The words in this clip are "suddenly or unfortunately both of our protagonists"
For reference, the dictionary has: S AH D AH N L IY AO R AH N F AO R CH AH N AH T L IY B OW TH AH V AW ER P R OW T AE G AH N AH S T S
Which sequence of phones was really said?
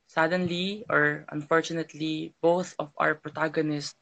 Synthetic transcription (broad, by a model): S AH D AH N L IY AO R AH N F AO R CH AH N AH T L IY B OW TH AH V AW ER P R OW T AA G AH N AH S T